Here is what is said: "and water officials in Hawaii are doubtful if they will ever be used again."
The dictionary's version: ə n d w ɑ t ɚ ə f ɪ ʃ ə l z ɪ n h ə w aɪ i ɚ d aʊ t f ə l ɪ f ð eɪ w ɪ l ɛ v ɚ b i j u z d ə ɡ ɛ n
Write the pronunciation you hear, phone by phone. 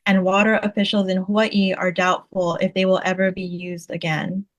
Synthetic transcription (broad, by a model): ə n w ɑ t ɚ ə f ɪ ʃ l z ɪ n h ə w i ɚ d aʊ t f l ɪ f ð eɪ w ɪ l ɛ v ɚ b i j u z d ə ɡ ɛ n